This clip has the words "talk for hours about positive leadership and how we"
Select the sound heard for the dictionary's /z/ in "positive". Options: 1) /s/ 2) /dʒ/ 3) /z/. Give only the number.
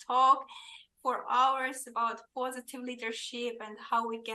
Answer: 3